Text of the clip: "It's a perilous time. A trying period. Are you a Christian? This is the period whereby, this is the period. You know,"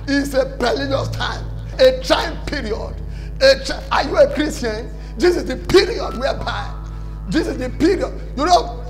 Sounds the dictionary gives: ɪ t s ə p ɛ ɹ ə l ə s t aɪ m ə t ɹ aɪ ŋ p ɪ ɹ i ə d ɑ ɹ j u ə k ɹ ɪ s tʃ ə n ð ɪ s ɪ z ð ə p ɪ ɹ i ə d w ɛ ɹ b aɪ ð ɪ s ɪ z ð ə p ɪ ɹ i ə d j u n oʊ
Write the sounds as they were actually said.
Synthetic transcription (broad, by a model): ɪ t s ə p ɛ l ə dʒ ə s t aɪ m ə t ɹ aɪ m p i ɹ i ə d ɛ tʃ j u ə k ɹ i s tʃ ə n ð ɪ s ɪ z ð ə p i ɹ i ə d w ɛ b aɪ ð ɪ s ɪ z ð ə p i ɹ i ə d j u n oʊ